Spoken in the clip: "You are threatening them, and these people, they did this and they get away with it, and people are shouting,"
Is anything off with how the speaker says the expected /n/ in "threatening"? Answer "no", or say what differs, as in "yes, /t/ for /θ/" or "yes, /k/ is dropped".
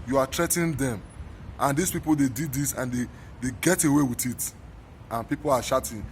yes, /n/ is dropped